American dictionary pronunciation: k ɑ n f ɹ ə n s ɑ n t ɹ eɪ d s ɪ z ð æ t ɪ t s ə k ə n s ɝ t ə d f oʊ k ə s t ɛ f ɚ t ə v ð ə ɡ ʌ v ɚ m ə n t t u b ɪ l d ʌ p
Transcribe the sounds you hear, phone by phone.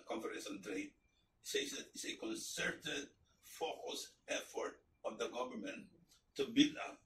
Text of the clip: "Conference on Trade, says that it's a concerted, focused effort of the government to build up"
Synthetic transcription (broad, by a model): k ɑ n f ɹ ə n s ɑ n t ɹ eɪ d s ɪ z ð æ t ɪ t s ə k ə n s ɝ t ə d f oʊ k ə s ɛ f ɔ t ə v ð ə ɡ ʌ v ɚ m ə n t t u b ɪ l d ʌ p